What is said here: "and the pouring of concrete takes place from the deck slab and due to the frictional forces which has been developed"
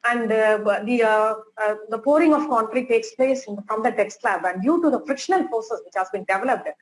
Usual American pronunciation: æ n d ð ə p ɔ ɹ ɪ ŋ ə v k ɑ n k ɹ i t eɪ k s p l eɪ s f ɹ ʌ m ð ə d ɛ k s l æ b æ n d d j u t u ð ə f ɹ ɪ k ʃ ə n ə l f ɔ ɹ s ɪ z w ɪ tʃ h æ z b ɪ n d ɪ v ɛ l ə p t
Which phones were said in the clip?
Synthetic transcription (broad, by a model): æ n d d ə p ɔ ɹ ɪ ŋ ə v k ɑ n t ɹ i t eɪ k s p l eɪ s f ɹ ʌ m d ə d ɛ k s l æ b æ n d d j u t u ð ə f ɹ ɪ k ʃ ə n ə l p ɔ s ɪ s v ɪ tʃ h æ z b ɪ n d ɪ v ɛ l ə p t